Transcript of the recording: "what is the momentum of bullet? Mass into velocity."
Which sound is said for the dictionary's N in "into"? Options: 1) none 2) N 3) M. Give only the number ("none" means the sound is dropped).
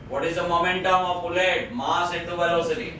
1